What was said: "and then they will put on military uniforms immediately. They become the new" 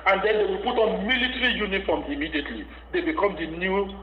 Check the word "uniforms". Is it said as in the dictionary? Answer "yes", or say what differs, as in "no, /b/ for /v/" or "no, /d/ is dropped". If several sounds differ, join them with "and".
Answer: no, /z/ is dropped